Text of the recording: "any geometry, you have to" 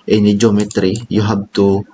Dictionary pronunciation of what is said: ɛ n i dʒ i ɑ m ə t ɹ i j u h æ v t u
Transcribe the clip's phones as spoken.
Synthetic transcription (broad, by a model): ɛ n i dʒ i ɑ m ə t ɹ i j u h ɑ b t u